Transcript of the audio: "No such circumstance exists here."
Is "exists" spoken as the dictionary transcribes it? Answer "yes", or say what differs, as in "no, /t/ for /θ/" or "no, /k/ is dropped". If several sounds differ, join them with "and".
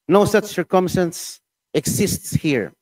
no, /s/ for /z/